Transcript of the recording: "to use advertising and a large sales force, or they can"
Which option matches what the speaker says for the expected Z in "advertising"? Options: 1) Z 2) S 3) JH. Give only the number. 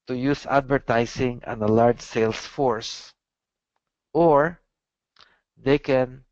2